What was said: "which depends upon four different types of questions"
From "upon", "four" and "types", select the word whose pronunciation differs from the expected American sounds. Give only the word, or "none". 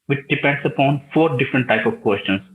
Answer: types